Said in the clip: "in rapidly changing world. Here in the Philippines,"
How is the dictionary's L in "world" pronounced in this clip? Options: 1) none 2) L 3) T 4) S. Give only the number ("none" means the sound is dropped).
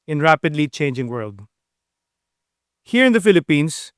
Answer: 2